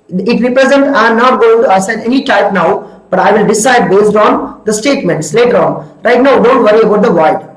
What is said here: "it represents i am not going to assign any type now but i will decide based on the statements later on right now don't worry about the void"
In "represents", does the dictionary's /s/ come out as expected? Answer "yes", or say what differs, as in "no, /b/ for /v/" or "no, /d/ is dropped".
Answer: no, /s/ is dropped